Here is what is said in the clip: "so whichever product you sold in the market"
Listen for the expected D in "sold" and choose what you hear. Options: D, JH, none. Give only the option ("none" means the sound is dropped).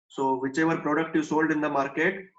D